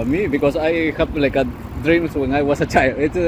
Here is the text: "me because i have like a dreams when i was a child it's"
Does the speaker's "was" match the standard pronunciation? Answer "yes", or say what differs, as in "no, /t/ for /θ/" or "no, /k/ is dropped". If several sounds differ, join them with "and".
no, /s/ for /z/